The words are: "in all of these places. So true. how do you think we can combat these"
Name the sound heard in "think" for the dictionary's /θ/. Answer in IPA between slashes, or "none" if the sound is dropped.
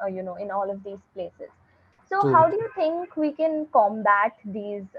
/t/